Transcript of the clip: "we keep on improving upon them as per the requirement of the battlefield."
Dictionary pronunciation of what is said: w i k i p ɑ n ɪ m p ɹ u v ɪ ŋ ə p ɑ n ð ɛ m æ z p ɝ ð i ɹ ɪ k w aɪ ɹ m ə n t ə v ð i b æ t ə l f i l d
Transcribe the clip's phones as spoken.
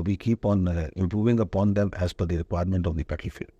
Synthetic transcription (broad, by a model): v i k i p ɑ n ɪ m p ɹ u v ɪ ŋ ə p ɑ n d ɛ m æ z f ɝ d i ɹ ɪ k w aɪ ɹ m ə n t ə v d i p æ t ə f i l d